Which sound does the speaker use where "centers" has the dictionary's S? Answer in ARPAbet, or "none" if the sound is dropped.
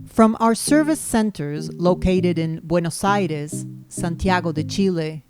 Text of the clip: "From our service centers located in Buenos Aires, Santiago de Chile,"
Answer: S